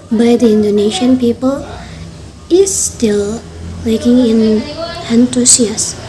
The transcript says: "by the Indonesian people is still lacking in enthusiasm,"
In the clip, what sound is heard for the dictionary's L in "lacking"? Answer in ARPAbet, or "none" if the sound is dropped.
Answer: W